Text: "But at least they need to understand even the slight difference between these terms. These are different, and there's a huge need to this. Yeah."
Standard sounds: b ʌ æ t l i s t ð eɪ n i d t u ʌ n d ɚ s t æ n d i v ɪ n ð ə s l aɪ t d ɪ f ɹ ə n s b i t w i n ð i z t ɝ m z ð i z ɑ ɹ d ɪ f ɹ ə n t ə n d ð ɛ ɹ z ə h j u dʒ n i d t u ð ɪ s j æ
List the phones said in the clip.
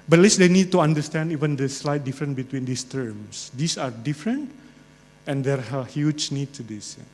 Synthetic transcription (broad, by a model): b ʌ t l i s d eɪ n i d t u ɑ n d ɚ s t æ n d i v ɪ n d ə s l aɪ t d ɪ f ɹ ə n b i t w i n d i s t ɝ m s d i s ɑ ɹ d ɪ f ɹ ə n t ə n d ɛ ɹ ə h j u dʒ n i d t u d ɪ s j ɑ